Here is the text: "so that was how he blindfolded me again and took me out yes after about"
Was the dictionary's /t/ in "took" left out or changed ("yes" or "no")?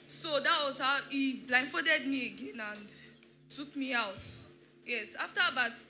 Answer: yes